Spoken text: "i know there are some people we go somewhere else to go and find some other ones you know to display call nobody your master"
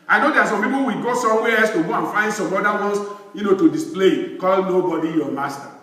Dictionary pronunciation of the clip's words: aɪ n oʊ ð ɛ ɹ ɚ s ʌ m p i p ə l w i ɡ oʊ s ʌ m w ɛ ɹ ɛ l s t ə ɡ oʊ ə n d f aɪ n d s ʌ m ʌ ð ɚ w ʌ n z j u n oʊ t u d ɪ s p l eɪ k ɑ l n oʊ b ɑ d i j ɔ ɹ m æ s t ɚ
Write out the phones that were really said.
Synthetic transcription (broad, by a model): aɪ n oʊ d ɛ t s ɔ m p i p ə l w i ɡ oʊ s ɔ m w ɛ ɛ s t ə ɡ oʊ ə n f aɪ n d s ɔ m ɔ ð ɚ w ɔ n s j u n oʊ t u d ɪ s p l eɪ k ɑ l n oʊ b ɑ d i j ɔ m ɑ s t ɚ